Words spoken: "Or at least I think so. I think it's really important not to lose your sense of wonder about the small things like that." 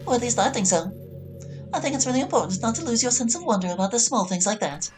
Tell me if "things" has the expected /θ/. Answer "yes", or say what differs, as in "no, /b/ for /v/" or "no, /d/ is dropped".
yes